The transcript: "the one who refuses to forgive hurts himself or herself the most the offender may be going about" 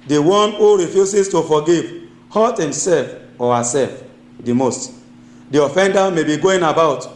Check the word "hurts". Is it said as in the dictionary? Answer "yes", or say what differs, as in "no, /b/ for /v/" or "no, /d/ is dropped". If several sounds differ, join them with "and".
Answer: no, /s/ is dropped